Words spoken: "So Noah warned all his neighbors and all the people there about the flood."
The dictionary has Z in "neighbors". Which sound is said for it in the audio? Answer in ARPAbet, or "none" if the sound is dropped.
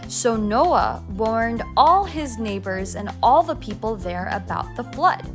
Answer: Z